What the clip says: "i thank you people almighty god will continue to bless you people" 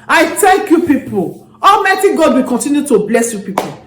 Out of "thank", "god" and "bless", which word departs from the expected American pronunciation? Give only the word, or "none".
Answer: thank